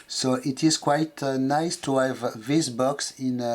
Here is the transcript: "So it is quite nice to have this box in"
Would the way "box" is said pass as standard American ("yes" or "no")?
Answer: yes